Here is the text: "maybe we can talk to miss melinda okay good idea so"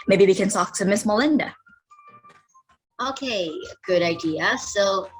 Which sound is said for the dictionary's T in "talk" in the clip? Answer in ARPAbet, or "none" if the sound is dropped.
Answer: S